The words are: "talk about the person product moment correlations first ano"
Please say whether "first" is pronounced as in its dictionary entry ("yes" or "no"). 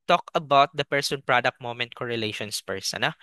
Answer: no